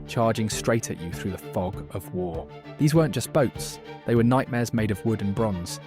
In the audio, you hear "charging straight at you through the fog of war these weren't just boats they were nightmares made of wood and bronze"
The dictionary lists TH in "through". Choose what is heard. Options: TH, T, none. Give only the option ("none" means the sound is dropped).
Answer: TH